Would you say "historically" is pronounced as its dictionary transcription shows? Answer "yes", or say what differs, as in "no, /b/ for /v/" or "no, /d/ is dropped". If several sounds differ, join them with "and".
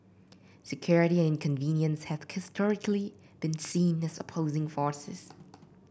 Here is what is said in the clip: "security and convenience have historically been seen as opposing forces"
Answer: yes